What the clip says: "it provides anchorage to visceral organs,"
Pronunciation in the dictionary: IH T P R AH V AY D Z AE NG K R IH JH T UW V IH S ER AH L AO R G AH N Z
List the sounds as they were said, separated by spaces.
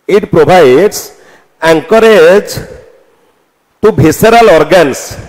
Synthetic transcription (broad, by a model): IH T P R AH B AY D S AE NG K R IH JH T UW B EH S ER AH L AO R G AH N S